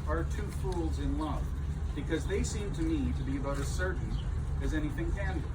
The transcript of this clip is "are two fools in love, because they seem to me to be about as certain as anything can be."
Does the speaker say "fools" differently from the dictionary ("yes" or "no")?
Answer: no